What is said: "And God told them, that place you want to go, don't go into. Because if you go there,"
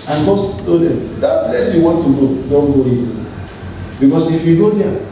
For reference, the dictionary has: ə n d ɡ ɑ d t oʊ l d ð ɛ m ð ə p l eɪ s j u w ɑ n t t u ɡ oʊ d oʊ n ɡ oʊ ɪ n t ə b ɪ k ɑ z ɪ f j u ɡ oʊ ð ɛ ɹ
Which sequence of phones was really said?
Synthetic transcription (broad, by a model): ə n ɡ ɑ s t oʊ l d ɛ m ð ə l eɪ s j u w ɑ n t t u ɡ oʊ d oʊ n ɡ oʊ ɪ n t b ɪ k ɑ s ɪ f j u ɡ oʊ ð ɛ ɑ